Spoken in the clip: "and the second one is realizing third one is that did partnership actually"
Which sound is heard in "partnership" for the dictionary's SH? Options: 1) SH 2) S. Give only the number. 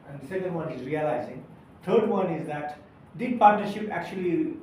1